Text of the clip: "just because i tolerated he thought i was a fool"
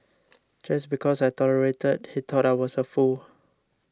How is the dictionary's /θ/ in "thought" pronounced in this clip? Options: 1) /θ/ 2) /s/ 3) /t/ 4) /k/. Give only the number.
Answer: 3